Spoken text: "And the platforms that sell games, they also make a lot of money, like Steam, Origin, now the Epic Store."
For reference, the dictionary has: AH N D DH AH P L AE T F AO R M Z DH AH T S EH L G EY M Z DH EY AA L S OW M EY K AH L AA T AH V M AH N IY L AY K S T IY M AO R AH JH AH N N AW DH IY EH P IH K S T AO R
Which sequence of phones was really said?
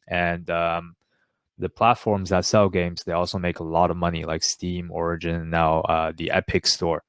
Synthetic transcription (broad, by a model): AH N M DH AH P L AE T F AO R M Z DH AH T S EH L G EY M Z DH EY AA L S OW M EY K AH L AA T AH V M AH N IY L AY K S T IY M AO R AH JH AH N N AW DH IY EH P IH K S T AO R